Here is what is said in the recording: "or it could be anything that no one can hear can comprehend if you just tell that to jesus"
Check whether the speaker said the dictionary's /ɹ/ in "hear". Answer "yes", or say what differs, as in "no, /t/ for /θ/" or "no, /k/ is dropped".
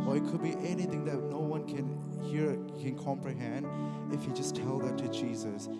yes